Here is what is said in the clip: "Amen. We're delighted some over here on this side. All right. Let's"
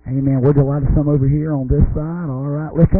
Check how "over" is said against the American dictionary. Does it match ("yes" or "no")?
yes